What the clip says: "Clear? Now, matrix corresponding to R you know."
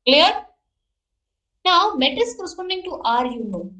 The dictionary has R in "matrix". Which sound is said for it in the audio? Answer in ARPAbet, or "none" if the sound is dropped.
none